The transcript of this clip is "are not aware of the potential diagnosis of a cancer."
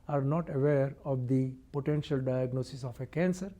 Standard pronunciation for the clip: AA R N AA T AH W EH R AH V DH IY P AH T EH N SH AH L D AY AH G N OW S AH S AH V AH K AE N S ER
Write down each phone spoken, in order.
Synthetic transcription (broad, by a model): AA R N AA T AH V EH R AH V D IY P AH T EH N SH AH L D AY AH G N OW S AH S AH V AH K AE N S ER